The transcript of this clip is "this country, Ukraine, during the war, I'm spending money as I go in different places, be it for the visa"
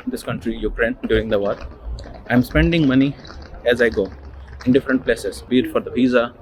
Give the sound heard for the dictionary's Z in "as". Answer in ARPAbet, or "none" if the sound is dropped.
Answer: Z